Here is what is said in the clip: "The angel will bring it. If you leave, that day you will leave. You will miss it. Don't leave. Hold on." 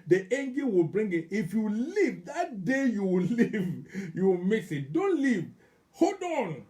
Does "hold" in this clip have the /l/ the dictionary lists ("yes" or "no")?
no